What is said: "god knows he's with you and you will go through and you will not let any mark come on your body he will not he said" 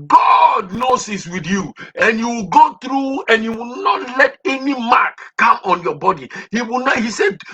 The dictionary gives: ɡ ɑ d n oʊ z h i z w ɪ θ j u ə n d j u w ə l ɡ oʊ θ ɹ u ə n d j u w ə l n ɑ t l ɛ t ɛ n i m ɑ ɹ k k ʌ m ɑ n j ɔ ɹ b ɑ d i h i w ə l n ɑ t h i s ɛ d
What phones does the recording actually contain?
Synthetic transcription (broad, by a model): ɡ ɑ d n oʊ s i s w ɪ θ j u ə n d j u w ə l ɡ oʊ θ ɹ u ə n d j u w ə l n ɑ t l ɛ t ɛ n i m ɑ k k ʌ m ɑ n j ɔ b ɑ d i h i w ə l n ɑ h i s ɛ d